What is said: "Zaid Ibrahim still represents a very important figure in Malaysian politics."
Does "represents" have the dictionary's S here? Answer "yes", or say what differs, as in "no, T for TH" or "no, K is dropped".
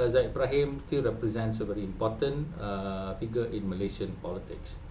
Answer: yes